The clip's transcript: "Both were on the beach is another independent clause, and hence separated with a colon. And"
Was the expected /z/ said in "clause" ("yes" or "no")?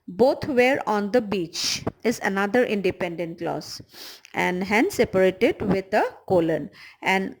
no